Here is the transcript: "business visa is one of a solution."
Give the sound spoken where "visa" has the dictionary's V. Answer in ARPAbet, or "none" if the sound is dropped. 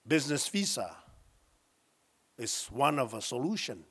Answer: F